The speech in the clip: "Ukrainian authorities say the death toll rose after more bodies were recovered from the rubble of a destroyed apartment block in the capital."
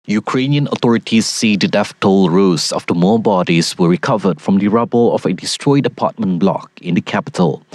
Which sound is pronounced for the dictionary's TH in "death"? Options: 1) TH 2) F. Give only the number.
2